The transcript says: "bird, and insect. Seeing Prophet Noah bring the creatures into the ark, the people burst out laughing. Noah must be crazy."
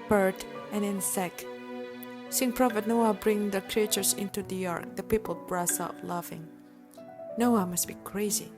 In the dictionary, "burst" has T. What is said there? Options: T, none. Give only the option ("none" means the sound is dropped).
none